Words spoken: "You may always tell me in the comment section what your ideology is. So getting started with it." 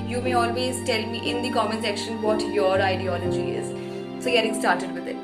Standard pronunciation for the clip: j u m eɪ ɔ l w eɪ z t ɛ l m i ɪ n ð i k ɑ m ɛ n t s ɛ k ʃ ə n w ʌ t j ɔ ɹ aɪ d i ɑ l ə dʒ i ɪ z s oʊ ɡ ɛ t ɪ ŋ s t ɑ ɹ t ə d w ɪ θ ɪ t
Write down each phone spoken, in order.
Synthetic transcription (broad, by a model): j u m eɪ ɔ l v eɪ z t ɛ l m i ɪ n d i k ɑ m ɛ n s ɛ k ʃ ə n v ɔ t j ɔ ɹ aɪ d i ɑ l ə dʒ i ɪ z s oʊ ɡ ɛ t ɪ ŋ s t ɑ ɹ t ə d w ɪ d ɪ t